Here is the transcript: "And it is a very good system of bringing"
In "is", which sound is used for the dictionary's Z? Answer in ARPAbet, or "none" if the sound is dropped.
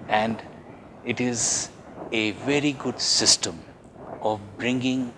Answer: Z